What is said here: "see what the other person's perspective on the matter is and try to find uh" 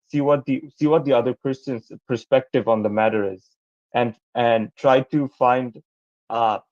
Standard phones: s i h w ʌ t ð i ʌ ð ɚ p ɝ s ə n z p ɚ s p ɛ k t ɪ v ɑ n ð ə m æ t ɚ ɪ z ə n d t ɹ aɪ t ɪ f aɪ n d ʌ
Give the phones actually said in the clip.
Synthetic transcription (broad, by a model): s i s w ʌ t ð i ʌ ð ɚ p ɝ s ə n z p ɚ s p ɛ k t ɪ v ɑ n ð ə m æ t ɚ ɪ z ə n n t ɹ aɪ t ɪ f aɪ n d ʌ